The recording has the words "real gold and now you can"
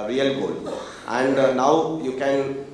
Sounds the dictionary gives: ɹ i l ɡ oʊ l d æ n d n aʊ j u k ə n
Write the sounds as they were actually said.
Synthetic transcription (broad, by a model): ɹ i l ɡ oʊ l æ n d n aʊ j u k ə n